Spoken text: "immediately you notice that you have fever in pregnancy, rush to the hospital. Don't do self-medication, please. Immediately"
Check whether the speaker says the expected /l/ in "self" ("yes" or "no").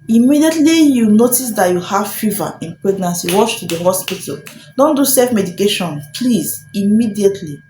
no